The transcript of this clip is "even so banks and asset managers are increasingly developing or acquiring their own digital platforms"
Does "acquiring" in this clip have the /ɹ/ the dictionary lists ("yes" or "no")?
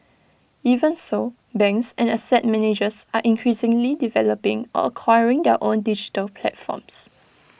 yes